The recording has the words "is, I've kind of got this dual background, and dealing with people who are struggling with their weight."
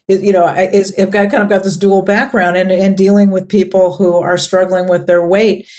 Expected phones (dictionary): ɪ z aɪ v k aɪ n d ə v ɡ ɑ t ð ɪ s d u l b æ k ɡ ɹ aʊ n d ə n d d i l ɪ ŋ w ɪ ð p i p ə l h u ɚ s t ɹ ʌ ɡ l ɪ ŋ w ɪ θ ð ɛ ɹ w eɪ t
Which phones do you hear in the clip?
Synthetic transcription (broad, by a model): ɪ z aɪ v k aɪ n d ə v ɡ ɑ t ð ɪ s d u l b æ k ɡ ɹ aʊ n d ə n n d i l ɪ ŋ w ɪ ð p i p l h u ɚ s t ɹ ʌ ɡ l ɪ ŋ w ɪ ð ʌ ɹ w eɪ t